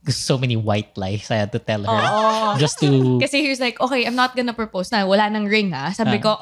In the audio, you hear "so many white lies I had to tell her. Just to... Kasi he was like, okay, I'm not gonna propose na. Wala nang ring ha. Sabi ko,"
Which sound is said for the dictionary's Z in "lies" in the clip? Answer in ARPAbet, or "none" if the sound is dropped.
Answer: S